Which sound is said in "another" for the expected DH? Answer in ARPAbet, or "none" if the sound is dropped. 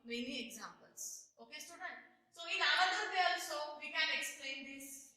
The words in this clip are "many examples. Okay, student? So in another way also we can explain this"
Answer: none